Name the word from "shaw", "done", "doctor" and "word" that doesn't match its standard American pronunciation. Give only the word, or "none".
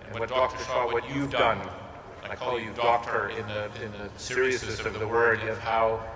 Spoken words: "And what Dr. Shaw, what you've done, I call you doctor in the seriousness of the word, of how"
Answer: shaw